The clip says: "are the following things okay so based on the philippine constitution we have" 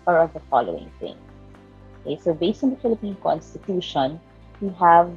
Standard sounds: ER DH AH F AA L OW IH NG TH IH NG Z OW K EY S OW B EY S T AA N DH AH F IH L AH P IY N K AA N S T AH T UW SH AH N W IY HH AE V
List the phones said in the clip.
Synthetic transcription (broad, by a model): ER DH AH F AA L OW IH NG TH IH NG OW K EY S OW B EY S T AA N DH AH F IH L AH P IY N K AA N S T AH T UW SH AH N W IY HH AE V